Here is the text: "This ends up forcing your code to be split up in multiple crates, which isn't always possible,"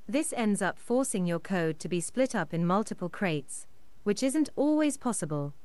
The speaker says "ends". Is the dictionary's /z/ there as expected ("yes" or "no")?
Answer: yes